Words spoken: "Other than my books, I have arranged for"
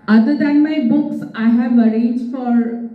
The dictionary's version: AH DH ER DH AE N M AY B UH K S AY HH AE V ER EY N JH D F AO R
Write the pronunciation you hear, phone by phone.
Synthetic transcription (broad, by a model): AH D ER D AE N M AY B UH K S AY HH AE V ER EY JH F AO R